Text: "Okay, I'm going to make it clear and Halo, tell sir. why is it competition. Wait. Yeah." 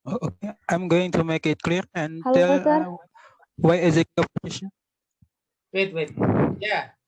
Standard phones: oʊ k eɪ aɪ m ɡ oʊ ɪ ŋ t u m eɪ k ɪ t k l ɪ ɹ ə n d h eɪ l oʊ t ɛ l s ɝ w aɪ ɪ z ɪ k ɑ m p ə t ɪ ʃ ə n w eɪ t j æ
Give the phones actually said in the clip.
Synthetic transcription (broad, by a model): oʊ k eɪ aɪ m ɡ oʊ ɪ ŋ t u m eɪ k ɪ t k l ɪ ɹ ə n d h t ɛ l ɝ w aɪ ɪ z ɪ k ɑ p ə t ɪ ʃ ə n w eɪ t j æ